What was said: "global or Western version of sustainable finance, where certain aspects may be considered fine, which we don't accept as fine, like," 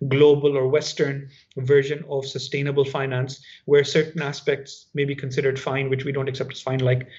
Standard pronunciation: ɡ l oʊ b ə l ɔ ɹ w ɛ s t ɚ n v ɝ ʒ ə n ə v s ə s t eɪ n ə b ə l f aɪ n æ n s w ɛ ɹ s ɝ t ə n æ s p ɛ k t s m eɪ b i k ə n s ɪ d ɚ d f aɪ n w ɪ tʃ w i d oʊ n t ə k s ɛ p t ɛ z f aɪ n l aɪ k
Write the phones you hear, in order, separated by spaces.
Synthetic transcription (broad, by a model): ɡ l oʊ b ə l ɔ ɹ w ɛ s t ɚ n v ɝ ʒ ə n ə v s ə s t eɪ n ə b ə l f aɪ n æ n s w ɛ ɹ s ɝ t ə n æ s p ɛ k t s m eɪ b i k ə n s ɪ d ɚ d f aɪ n w ɪ tʃ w i d oʊ n t ə k s ɛ p t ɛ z f aɪ n l aɪ k